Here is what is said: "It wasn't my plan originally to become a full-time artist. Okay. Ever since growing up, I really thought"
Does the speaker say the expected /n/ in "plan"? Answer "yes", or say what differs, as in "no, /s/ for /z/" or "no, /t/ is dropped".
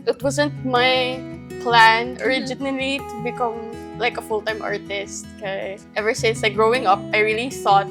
yes